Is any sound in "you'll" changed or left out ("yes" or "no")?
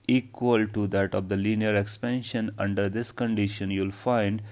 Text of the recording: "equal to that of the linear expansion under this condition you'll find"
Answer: no